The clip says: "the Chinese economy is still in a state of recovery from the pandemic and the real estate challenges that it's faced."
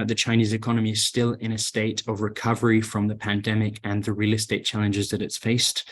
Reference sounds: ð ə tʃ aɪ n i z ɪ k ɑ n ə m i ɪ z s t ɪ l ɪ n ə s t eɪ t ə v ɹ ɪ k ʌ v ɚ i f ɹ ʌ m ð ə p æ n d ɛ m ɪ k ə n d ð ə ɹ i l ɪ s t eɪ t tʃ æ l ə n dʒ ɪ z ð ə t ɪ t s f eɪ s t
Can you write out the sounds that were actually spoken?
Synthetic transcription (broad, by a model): ð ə tʃ aɪ n i z ɪ k ɑ n ə m i ɪ z s t ɪ l ɪ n ə s t eɪ t ə v ɹ ɪ k ʌ v ɚ i f ɹ ʌ m ð ə p æ n d ɛ m ɪ k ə n ð ə ɹ i l ɪ s t eɪ t tʃ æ l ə n dʒ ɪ z ð ə t ɪ t s f eɪ s t